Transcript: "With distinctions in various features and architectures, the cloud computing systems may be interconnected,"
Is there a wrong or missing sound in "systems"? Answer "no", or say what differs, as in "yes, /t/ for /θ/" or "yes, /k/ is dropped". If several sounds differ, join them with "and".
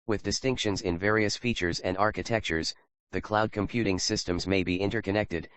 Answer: no